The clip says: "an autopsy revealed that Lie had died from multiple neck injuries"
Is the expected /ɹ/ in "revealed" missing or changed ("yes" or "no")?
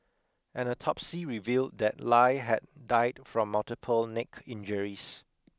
no